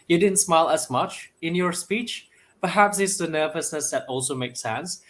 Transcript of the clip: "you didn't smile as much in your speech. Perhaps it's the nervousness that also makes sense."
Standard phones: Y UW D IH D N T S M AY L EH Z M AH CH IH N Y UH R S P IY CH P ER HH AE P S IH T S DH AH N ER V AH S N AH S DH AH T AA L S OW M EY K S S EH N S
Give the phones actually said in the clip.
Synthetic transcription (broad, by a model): Y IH D IH D N T S M AY L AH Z M AH CH IH N Y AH R S P IY CH P ER HH AE P S IH T S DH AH N ER V AH S N AH S DH AH T AA L S OW M EY K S S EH N S